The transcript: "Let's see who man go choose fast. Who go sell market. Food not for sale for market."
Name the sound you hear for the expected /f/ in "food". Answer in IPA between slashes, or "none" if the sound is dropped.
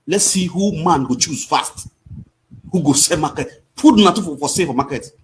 /p/